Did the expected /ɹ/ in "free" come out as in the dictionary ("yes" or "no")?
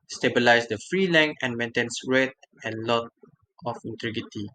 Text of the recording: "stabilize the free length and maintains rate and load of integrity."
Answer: yes